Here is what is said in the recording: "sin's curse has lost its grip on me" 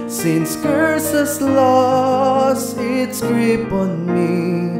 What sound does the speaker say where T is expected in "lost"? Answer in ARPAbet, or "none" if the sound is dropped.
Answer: none